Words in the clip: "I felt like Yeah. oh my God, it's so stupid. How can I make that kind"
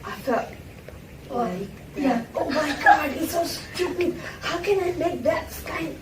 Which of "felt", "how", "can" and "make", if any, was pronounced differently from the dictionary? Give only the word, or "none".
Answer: felt